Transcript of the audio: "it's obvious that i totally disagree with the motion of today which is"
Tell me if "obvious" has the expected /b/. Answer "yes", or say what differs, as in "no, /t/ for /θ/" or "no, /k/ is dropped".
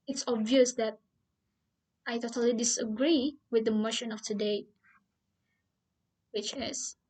yes